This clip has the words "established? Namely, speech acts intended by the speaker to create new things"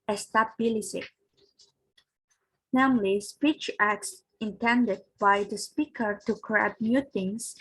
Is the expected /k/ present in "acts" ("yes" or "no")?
yes